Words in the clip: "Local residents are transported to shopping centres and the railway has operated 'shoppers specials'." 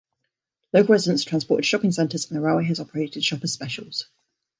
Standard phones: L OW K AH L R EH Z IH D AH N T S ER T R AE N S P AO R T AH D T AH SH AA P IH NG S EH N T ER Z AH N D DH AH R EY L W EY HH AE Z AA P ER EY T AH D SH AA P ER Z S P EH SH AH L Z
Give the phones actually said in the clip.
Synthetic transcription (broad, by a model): L OW K AH L R EH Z IH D AH N S T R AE N S P AO T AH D SH AA P IH NG S EH N T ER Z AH N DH AH R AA W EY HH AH Z AA P ER EY T AH D SH AA P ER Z S P EH SH AH L Z